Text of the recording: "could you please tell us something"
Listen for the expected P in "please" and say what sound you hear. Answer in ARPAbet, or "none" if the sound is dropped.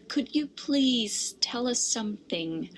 P